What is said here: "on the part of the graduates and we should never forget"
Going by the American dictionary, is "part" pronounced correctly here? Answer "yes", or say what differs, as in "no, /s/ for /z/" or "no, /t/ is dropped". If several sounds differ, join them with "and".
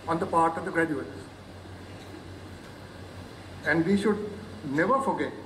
yes